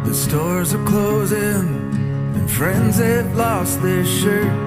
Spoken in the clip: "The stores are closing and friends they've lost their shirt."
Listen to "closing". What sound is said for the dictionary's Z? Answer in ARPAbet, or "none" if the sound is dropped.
Z